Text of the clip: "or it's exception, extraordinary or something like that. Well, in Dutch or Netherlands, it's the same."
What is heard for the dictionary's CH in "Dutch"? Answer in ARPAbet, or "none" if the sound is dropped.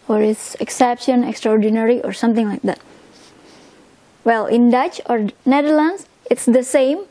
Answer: CH